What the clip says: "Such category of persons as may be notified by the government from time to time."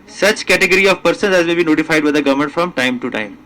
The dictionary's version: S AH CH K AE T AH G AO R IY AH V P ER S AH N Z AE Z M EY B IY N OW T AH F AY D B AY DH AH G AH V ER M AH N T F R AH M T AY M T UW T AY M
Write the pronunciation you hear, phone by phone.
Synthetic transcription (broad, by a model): S AH CH K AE T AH G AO R IY AH V P ER S AH N Z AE Z M EY B IY N OW T AH F AY D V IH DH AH G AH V M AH N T F R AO M T AY M T UW T AY M